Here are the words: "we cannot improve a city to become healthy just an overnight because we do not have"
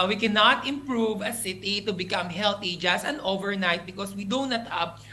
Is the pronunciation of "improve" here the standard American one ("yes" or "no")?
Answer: yes